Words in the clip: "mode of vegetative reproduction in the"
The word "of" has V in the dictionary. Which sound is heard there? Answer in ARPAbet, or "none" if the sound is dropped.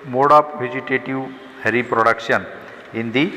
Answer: P